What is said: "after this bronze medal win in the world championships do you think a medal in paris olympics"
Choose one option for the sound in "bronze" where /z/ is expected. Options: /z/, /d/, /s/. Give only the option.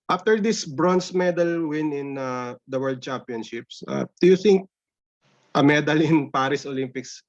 /s/